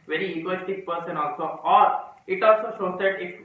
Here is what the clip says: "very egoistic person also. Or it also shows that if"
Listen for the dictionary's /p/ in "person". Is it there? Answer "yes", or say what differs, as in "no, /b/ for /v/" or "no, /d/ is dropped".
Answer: yes